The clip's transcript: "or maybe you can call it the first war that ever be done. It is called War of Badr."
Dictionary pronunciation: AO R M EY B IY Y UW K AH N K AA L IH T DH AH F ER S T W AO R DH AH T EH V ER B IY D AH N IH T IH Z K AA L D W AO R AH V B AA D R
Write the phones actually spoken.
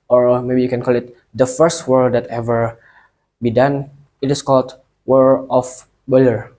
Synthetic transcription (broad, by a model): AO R M EY B IY Y UW K AH N K AA L IH T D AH F ER S T W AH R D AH T EH V ER B IY D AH N IH T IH S K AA L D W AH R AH F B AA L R